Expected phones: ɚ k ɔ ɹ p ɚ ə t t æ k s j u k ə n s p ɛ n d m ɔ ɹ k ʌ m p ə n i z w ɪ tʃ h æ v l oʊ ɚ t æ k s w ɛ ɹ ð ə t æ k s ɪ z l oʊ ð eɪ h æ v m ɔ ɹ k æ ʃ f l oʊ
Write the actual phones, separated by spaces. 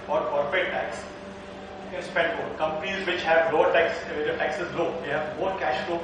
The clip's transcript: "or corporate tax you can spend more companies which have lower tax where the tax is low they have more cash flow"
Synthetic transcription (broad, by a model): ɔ ɹ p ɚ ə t t æ k s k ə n s p ɛ n d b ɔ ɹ k ʌ m p ə n i z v ɪ tʃ h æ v l oʊ ɚ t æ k s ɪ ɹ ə t æ k s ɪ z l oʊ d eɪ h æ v m ɔ ɹ k æ ʃ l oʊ